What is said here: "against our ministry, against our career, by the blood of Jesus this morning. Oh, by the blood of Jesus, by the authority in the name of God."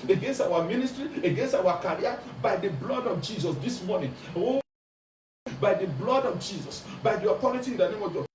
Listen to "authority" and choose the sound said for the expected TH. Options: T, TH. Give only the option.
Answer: T